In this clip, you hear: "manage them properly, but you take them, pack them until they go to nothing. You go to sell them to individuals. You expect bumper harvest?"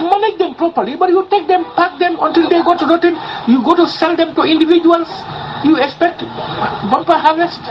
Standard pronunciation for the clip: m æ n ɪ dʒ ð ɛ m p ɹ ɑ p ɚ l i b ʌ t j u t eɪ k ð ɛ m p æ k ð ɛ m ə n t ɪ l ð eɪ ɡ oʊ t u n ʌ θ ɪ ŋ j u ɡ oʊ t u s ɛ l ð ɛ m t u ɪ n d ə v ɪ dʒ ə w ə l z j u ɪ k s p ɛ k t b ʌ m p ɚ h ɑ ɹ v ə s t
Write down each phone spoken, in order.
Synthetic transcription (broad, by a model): m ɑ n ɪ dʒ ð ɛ m p ɹ ɑ p ɚ l i b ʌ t j u t eɪ k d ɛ m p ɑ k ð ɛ m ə n t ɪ l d eɪ ɡ oʊ t u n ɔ t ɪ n j u ɡ oʊ t u s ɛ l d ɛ m t u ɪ n d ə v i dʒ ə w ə l s j u ɪ k s p ɛ k t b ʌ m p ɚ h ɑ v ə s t